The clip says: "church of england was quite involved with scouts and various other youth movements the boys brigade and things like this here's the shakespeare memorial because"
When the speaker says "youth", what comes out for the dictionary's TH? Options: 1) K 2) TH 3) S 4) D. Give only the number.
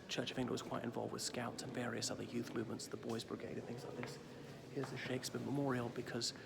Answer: 2